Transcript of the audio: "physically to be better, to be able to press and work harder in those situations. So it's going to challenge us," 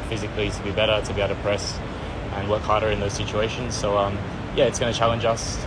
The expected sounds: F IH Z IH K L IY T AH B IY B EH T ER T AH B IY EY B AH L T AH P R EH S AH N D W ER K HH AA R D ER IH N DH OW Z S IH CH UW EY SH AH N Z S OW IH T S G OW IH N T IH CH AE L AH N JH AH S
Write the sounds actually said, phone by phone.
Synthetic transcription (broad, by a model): F IH Z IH K L IY T AH B IY B EH T ER T AH B IY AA AH T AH P R EH S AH N W ER K HH AA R D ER IH N DH OW Z S IH CH UW EY SH AH N Z S OW IH T S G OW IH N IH CH AE L AH N JH AH S